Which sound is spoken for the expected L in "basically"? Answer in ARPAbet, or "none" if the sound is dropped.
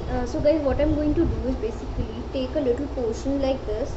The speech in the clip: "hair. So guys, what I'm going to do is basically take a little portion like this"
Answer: L